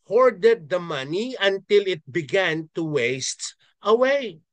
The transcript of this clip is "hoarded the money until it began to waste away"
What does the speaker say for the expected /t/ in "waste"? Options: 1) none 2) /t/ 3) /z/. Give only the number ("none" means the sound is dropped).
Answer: 2